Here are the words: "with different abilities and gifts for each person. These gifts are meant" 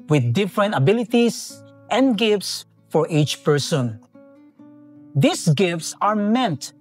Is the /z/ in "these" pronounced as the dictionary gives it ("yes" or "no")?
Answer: no